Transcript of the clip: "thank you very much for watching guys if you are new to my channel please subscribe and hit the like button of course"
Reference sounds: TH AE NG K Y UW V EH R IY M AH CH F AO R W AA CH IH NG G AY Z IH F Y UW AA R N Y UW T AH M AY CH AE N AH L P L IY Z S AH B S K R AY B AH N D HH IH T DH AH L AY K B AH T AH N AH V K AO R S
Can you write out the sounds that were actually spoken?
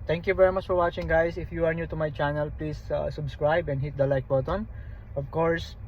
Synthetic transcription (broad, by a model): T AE NG K Y UW V EH R IY M AH CH F AO R W AA CH IH NG G AY S IH F Y UW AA R N Y UW T AH M AY CH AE N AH L P L IY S S AH B S K R AY B AH N D HH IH T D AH L AY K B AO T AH N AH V K AO R S